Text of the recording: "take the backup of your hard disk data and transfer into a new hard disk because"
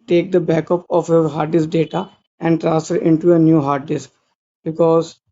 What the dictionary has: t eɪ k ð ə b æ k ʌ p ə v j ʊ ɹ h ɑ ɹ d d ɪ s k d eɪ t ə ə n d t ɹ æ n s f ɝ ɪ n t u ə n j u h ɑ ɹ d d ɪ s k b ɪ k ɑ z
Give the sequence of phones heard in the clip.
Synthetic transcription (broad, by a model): t eɪ k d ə b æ k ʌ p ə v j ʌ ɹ h ɑ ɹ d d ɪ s d eɪ t ə ə n d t ɹ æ s ɝ ɪ n t u ə n j u h ɑ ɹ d d ɪ s k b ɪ k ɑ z